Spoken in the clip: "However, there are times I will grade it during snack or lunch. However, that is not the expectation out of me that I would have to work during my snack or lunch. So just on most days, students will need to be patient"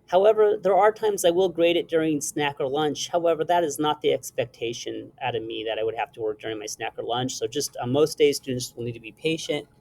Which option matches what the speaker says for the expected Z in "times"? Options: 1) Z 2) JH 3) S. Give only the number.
1